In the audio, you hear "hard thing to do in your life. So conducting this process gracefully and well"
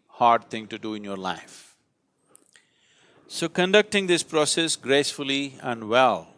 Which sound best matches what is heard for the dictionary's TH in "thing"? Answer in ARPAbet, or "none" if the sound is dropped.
T